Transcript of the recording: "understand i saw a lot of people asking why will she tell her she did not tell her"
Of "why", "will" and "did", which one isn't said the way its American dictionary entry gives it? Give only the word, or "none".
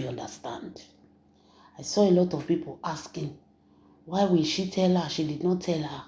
will